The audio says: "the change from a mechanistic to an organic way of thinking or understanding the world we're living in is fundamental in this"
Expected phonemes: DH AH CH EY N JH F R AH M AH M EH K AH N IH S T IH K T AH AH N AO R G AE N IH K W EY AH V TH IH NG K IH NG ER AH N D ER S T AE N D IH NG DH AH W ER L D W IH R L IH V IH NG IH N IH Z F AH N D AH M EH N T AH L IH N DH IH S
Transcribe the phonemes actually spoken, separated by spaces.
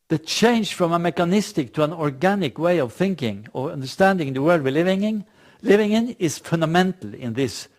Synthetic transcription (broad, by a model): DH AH CH EY N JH F R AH M AH M EH K AH N IH S T IH K T AH AH N AO R G AE N IH K W EY AH V TH IH NG K IH NG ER AH N D ER S T AE N D IH NG DH AH W ER L D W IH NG L IH V IH NG IH N IH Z F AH N D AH M EH N T L IH N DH IH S